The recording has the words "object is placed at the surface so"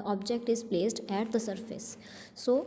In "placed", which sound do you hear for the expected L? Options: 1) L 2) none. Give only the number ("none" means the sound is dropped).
1